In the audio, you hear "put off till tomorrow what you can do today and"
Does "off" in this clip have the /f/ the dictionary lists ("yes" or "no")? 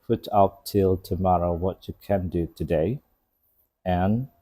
no